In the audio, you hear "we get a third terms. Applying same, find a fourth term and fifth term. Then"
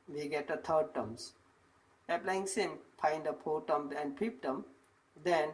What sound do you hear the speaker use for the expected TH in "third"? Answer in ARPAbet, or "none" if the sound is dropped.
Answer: T